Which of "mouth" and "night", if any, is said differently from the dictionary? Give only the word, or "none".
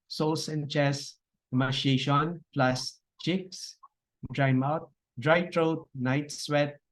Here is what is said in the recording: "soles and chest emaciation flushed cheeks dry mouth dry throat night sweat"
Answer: mouth